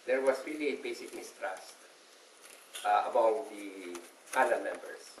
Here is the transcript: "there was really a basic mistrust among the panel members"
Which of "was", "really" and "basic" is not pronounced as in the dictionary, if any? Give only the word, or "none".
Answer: was